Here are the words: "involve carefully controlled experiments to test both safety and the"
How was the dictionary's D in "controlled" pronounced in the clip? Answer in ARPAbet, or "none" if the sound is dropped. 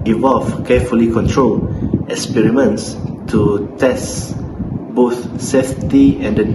none